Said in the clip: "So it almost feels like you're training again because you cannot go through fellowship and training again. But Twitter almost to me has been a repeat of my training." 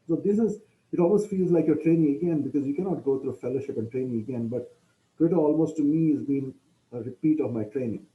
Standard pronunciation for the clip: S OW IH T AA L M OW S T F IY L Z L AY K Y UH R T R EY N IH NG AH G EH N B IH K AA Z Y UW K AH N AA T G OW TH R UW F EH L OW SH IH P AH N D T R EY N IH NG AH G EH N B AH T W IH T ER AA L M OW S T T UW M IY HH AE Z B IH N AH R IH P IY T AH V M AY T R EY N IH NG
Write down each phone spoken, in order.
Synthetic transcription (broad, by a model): S OW IH T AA L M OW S T F IY L Z L AY K Y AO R T R EY N IH NG AH G EH N B IH K AA Z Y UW K AH N AA T G OW T R UW F EH L OW SH IH P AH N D T R EY N IH NG AH G EH N B AH T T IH T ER AA L M OW S T T UW M IY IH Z B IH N AH R IH P IY T AH V M AY T R EY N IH NG